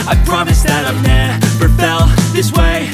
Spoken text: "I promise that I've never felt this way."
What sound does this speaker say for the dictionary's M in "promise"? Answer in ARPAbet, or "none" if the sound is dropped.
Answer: M